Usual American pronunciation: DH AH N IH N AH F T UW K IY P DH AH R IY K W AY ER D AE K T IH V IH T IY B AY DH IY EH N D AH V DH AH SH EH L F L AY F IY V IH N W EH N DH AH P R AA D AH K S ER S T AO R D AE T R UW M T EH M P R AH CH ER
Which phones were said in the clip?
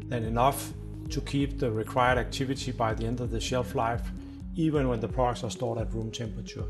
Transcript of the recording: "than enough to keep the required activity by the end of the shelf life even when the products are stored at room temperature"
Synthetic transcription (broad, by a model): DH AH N IH N AH F T UW K IY P DH AH R IY K W AY ER D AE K T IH V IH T IY B AY DH IY EH N D AH V DH AH SH EH L F L AY F IY V IH N W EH N DH AH P AA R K S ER S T AO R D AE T R UW M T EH M P R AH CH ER